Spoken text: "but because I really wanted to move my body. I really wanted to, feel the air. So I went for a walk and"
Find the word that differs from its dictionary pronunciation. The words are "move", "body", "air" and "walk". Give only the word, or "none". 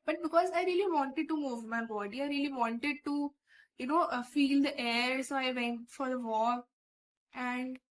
walk